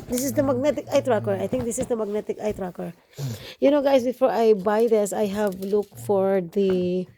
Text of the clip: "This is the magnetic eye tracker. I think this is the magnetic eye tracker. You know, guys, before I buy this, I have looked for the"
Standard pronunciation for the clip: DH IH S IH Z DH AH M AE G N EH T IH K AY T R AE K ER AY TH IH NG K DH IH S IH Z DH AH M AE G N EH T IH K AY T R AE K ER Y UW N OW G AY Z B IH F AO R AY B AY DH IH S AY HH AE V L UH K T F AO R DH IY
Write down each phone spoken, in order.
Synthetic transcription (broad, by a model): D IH S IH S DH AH M AE G N EH T IH K AY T R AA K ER AY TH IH NG K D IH S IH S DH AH M AE G N EH T IH K AY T R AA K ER Y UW N OW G AY S B IH F AO R AY B AY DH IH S AY HH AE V L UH K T F AO R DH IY